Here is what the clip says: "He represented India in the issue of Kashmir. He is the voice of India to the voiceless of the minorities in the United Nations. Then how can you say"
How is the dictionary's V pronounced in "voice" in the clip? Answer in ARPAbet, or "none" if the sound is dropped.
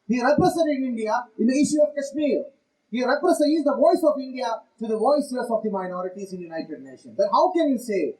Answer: V